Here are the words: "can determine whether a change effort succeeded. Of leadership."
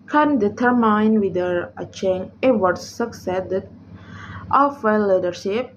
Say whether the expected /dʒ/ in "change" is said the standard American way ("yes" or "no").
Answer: no